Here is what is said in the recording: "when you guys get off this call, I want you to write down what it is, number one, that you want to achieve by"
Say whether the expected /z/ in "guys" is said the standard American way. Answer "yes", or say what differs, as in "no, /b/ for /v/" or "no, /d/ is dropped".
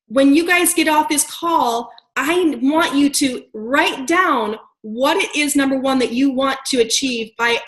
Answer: yes